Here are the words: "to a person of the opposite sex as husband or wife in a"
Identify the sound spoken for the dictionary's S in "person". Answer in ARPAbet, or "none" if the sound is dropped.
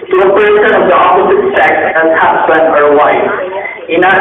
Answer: SH